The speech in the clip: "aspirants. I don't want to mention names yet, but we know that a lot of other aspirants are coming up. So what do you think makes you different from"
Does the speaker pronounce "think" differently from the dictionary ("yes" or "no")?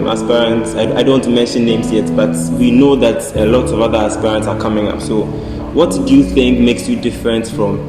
no